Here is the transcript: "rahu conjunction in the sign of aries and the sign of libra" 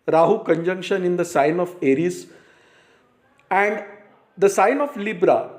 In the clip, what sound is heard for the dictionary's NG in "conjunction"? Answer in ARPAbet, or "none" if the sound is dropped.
NG